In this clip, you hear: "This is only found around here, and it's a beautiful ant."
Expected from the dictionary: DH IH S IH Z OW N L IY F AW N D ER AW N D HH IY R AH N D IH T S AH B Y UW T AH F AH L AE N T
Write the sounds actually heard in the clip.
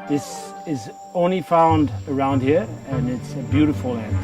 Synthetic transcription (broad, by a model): DH IH S IH Z OW N L IY F AW N D ER AW N D HH IY R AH N IH T S AH B Y UW T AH F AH L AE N